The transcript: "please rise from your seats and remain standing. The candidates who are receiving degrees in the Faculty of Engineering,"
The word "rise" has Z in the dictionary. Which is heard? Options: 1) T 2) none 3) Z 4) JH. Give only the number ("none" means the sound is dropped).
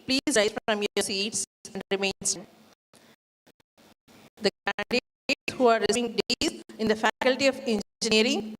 2